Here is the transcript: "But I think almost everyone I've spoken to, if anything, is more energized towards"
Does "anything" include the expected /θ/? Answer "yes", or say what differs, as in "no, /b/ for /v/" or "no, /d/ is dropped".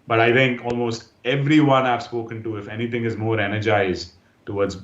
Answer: no, /t/ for /θ/